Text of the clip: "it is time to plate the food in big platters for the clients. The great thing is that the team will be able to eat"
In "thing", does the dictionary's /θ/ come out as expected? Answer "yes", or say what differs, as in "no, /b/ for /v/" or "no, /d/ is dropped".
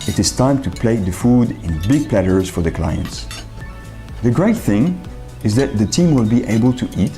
yes